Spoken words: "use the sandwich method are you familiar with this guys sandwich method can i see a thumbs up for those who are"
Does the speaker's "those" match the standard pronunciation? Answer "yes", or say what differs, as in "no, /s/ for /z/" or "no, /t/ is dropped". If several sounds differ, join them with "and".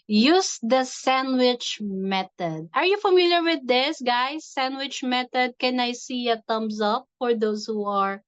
no, /s/ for /z/